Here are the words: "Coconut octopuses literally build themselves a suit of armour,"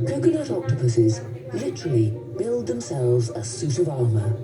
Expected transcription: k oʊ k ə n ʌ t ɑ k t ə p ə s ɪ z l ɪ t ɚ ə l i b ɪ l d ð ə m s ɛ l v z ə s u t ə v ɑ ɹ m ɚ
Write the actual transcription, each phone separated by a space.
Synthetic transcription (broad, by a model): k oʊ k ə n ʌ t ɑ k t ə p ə s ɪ z l ɪ t ɚ ə l i b ɪ l d ð ə m s ɛ l v z ə s u t ə v ɑ ɹ m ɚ